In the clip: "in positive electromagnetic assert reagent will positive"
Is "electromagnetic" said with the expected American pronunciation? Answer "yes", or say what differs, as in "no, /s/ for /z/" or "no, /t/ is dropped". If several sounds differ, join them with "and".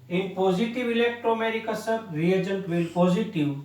no, /m/ is dropped